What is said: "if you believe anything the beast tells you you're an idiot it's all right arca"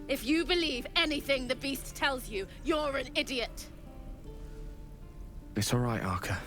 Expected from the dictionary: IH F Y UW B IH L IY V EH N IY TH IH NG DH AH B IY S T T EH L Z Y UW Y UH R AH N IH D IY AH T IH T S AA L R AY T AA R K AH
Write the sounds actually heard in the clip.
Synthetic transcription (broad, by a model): IH F Y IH B IH L IY V EH N IY TH IH NG DH AH B IY S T T EH L Z Y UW Y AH R AH N IH D IY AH T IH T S AA L R AY T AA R K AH